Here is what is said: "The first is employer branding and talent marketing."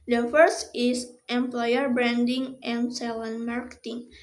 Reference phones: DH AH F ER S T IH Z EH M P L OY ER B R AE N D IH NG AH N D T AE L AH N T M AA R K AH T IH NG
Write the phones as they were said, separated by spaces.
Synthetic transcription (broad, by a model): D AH F ER S T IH S EH M P L OY ER B R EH N D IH NG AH N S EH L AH N M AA R K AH T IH NG